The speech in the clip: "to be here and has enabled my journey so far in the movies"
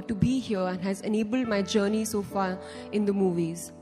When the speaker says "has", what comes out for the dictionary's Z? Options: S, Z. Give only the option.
Z